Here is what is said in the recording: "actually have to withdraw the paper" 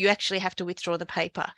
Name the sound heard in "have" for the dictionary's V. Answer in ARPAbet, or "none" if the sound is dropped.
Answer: F